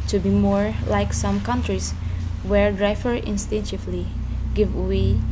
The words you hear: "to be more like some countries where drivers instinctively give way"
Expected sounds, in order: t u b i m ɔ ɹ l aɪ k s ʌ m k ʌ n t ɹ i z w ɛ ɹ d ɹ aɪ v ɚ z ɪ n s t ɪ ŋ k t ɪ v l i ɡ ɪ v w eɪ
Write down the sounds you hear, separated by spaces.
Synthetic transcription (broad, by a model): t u b i m ɔ ɹ l aɪ k s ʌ m k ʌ n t ɹ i s w ɛ ɹ d ɹ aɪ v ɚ ɪ n s t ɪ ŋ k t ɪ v l i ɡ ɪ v w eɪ